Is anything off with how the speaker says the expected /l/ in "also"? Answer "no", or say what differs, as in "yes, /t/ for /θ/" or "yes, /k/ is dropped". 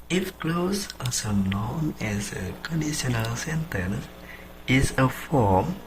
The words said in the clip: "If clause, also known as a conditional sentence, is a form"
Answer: yes, /l/ is dropped